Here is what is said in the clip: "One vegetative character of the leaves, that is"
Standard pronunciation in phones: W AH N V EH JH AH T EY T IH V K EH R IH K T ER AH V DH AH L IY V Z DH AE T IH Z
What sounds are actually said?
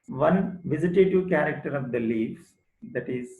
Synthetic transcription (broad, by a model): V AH N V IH Z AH T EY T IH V K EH R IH K T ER AH V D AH L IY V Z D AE T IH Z